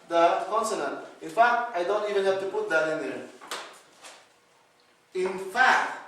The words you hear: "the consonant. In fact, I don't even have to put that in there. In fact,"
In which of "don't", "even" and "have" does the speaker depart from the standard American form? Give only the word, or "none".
have